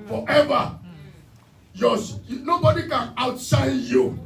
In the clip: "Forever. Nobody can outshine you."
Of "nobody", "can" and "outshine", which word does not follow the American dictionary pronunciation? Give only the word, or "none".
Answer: outshine